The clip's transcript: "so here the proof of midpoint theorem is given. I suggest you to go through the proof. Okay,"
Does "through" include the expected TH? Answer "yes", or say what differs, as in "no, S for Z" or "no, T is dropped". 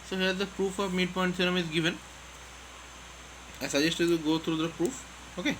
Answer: no, T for TH